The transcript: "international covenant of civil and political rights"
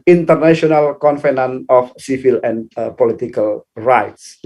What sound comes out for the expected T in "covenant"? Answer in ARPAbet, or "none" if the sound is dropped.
none